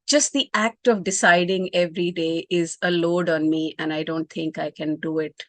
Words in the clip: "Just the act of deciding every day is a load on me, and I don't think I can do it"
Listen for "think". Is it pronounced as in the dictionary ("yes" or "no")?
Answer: no